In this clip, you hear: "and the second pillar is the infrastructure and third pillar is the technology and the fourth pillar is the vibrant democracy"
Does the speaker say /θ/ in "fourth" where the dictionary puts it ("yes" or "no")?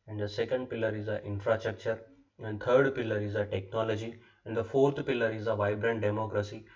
no